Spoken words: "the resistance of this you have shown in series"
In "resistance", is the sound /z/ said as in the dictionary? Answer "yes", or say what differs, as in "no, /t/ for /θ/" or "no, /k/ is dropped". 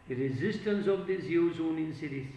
yes